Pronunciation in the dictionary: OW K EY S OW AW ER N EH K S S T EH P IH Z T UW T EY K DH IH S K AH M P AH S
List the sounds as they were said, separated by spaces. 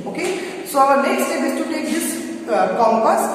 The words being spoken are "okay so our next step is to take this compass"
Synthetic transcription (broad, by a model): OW K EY S OW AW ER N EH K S S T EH B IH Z T UW T EY K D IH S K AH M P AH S